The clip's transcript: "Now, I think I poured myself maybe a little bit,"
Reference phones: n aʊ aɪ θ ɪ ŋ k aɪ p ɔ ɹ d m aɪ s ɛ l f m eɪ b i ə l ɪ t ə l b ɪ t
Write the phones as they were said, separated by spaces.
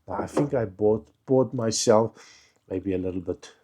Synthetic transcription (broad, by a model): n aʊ aɪ θ ɪ ŋ k aɪ b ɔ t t m aɪ s ɛ l f m eɪ b i ə l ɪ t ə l b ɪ t